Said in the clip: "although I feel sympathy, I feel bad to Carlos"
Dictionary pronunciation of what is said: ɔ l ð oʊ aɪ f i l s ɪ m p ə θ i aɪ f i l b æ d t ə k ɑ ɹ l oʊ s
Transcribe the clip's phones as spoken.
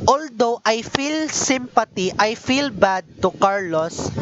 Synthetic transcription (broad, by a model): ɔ l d oʊ aɪ f i l s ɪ m p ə t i aɪ f i l b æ d t ə k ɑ ɹ l oʊ s